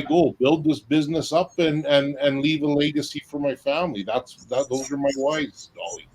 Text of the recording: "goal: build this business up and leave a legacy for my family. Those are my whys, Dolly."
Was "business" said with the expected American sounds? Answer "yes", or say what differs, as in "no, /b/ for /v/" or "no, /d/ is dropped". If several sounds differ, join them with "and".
yes